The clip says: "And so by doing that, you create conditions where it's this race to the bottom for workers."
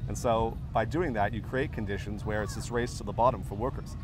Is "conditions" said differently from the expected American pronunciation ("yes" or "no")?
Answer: no